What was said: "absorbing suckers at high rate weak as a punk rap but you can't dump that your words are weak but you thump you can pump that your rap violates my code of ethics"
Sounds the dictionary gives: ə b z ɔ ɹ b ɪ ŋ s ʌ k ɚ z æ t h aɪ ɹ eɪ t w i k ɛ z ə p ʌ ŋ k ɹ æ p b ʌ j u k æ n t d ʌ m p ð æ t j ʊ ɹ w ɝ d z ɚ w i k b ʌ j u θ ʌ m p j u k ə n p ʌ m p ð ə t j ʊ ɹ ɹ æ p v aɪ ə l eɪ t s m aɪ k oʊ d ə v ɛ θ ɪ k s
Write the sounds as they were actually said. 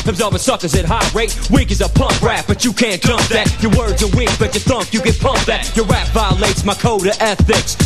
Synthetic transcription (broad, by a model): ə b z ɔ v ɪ s ʌ k ɚ z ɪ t h aɪ ɹ eɪ t w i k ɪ z ə p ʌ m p ɹ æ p b ʌ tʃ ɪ k æ n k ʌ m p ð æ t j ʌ ɹ w ɝ d z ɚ w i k b ʌ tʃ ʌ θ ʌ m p j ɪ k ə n p ʌ m p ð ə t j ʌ ɹ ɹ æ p v aɪ ə l eɪ t s m aɪ k oʊ d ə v ɛ θ ɪ k s